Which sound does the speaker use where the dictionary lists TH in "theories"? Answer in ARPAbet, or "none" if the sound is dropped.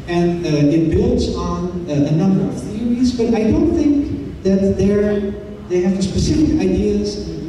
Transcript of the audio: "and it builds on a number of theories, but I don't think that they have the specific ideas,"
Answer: TH